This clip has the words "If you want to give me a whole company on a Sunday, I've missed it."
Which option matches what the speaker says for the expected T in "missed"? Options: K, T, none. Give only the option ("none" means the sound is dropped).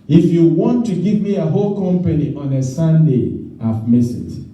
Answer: none